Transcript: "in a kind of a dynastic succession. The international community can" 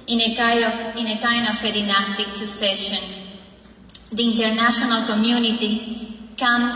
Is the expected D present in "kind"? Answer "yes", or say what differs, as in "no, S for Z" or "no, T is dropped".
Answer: no, D is dropped